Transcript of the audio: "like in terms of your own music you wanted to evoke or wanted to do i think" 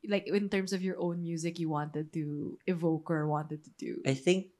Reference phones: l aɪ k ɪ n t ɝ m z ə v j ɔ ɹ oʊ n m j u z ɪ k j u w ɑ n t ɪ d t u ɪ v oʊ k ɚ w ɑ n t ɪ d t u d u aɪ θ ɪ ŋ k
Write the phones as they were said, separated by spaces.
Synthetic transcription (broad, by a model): l aɪ k ɪ n t ɝ m s ə v j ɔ ɹ oʊ n m j u z ɪ k j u w ɑ n t ɪ d t u ɪ v oʊ k ɚ w ɑ n t ɪ d t u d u aɪ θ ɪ ŋ k